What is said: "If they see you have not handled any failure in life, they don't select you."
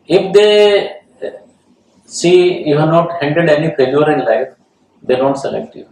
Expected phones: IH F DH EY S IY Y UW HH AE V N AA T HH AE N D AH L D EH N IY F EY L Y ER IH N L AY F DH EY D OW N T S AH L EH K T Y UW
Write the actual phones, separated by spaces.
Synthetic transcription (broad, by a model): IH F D EY S IY Y UW HH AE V N AA T HH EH N D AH D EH N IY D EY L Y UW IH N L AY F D EY D OW N T S AH L EH K T Y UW